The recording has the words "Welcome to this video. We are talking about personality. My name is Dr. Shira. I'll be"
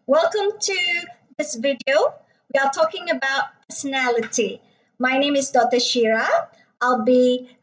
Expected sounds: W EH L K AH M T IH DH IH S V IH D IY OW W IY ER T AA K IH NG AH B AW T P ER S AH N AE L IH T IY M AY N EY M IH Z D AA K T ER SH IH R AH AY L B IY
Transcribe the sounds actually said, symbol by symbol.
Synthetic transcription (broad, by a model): W EH L K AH M T IH DH IH S V IH D IY OW W IY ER T AA K IH NG AH B AW T P ER S AH N AE L IH T IY M AY N EY M IH Z D AA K T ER SH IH R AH AY L B IY